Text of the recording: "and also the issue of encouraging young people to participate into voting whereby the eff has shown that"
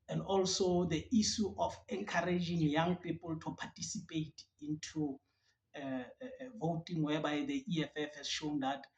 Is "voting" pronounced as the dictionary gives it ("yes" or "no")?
yes